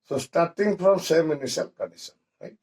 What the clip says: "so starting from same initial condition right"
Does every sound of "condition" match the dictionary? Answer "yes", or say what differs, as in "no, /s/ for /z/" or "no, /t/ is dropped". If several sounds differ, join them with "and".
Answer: no, /s/ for /ʃ/